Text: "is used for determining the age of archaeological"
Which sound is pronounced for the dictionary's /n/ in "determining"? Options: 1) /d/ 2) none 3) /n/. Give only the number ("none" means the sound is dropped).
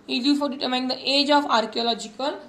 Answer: 2